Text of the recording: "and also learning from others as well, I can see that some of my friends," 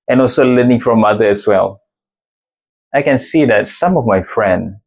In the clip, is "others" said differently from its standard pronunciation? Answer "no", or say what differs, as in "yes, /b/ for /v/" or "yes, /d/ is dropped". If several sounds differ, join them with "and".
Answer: yes, /z/ is dropped